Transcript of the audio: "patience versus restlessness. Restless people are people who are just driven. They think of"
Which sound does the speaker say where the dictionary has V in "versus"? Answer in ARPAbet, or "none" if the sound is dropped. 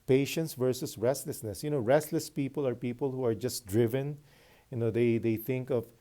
V